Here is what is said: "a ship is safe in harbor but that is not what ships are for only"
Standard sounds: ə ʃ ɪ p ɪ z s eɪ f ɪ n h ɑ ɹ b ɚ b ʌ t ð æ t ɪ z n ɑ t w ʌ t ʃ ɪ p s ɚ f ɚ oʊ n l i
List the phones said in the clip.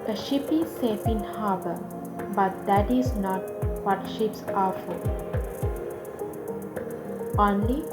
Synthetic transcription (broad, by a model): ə ʃ ɪ p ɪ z s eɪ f ɪ n h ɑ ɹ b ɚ b ʌ t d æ t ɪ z n ɑ t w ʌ t ʃ ɪ p s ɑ f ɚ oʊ n l i